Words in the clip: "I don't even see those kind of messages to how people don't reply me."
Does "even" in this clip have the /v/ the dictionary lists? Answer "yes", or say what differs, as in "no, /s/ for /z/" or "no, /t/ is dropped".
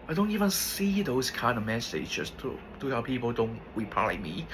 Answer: yes